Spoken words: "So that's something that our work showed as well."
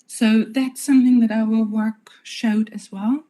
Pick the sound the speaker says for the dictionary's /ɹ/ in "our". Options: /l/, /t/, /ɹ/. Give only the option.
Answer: /l/